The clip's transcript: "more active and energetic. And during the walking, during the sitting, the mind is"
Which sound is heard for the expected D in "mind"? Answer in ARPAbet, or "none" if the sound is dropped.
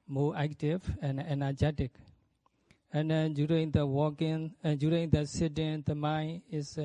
none